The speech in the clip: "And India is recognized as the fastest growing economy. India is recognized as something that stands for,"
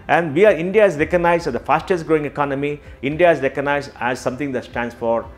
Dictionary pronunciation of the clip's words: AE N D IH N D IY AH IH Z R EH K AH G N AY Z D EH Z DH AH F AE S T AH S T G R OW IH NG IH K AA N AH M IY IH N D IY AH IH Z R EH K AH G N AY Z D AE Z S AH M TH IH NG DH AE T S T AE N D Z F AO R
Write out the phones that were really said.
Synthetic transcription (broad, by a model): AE N D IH N D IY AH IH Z R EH K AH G N AY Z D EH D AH F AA S T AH S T G R OW IH NG IH K AA N AH M IY IH N D IY AH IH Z R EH K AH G N AY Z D AE Z S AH M T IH NG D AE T S T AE N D S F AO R